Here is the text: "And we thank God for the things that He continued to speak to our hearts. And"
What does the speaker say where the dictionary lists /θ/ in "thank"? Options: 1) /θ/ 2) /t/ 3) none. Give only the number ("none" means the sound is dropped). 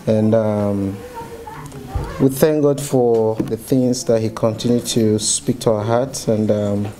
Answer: 1